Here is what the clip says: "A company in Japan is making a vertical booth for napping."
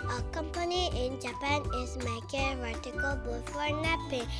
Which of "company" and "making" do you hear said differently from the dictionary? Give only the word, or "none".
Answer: making